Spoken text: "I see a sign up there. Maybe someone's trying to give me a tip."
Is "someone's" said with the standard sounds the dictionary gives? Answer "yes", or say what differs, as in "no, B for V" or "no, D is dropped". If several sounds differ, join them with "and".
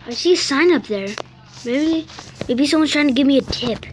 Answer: no, Z is dropped